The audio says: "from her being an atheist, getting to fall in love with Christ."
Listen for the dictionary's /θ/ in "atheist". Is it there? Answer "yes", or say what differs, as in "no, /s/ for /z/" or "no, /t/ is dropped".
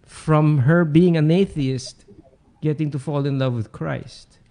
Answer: yes